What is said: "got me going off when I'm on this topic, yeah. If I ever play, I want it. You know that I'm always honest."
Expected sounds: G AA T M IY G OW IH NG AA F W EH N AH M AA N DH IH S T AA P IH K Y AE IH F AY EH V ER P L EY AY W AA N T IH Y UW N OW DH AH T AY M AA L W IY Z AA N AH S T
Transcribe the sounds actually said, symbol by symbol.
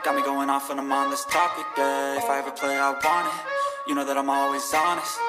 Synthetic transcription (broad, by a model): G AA T M IY G OW IH NG AA F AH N AH M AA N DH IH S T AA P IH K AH IH F AY EH V ER P L EY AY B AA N IH Y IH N OW DH AH T AY M AA L W IY Z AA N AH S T